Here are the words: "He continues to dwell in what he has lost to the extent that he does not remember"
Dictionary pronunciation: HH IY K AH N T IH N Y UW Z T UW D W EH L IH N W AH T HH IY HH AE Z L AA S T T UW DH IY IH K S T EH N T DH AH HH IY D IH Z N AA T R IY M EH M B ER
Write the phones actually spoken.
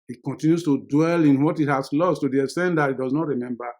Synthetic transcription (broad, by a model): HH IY K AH N T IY N Y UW S T UW D W EH L IH N W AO T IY HH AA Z L AA S T T UW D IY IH S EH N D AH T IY D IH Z N AA T R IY M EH M B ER